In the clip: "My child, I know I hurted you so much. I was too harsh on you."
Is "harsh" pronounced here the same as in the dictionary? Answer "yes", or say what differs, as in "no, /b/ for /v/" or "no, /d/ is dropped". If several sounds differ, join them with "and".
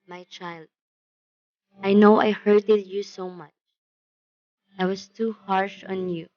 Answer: yes